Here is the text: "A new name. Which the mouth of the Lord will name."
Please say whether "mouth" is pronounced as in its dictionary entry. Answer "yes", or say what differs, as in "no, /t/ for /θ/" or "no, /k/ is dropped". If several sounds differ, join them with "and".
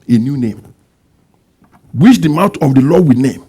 no, /t/ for /θ/